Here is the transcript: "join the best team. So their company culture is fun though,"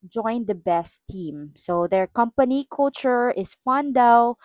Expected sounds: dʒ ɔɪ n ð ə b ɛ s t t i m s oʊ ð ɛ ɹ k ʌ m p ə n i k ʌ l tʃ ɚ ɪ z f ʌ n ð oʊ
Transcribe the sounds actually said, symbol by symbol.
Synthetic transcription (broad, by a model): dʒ ɔɪ n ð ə b ɛ s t t i m s oʊ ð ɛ ɹ k ʌ m p ə n i k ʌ l tʃ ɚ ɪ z f ʌ n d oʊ